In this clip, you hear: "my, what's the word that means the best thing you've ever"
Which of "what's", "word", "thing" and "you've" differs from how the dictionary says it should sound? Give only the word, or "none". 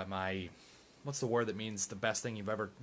none